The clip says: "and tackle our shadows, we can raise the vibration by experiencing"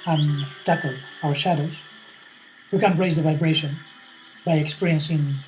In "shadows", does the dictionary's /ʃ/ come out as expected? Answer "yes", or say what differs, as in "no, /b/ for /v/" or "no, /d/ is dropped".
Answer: yes